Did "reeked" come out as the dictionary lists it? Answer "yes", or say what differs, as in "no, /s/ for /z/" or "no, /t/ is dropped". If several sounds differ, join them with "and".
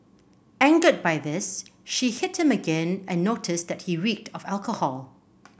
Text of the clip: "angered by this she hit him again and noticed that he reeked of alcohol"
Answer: yes